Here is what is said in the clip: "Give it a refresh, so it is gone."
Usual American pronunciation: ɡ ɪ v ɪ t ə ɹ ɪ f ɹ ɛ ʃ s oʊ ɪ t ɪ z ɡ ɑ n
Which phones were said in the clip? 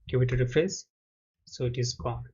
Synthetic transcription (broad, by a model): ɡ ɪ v ɪ t ə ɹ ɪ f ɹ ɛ s s oʊ ɪ t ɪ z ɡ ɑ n